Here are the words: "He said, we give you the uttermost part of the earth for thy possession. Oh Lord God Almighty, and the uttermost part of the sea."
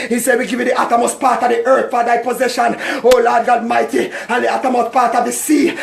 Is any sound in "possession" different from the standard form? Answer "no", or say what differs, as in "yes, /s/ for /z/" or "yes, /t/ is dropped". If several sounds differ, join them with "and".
no